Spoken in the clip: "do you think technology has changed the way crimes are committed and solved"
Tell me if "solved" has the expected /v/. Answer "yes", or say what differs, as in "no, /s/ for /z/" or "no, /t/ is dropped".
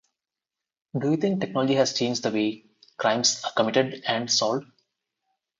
no, /v/ is dropped